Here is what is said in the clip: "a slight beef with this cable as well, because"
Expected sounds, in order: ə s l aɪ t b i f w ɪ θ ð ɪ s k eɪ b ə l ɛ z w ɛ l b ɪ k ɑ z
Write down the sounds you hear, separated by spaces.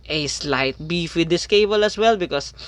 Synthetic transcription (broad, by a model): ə s l aɪ t b i f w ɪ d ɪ s k eɪ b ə l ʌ s w ɛ l b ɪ k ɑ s